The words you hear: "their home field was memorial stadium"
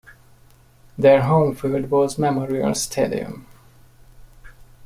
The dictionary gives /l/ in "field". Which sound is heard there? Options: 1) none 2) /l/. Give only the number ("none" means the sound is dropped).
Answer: 1